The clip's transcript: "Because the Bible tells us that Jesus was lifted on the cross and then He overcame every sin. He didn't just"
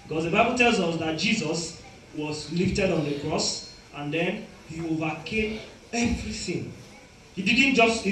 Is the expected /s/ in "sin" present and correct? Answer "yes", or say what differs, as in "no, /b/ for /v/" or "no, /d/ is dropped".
no, /θ/ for /s/